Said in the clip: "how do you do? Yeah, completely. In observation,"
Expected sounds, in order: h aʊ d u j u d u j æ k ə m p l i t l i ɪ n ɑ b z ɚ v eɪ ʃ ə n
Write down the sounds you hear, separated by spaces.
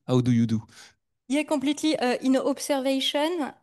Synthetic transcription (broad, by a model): h aʊ d u j u d u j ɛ k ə p l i t l i ɪ n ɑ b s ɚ v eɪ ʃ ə n